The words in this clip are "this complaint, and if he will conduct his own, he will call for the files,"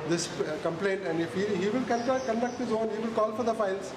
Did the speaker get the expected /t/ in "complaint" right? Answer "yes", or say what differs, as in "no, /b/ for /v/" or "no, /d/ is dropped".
yes